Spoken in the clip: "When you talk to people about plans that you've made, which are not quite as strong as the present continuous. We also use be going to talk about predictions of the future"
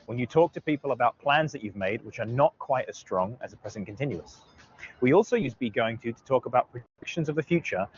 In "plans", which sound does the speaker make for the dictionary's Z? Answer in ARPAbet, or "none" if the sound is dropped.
Z